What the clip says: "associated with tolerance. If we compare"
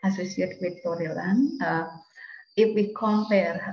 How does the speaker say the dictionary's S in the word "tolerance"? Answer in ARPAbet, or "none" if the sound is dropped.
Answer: none